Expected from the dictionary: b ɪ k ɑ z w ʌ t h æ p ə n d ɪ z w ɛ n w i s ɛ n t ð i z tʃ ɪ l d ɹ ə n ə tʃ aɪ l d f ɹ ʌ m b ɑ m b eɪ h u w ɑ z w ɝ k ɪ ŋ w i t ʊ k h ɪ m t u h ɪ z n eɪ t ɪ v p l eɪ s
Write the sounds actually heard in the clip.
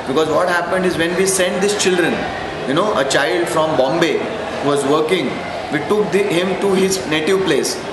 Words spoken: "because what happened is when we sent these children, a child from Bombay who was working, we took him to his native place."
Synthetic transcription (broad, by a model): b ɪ k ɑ z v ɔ t h æ p ə n d ɪ z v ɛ n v i s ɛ n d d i s tʃ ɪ l d ɹ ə n ə tʃ aɪ l d f ɹ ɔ m b ɑ m b eɪ h u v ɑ z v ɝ k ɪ ŋ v i t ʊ k h ɪ m t u h ɪ z n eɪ t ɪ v p l eɪ s